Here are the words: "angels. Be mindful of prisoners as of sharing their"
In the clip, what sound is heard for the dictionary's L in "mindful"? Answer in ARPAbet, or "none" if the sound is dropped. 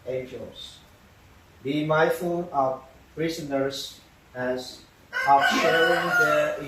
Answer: N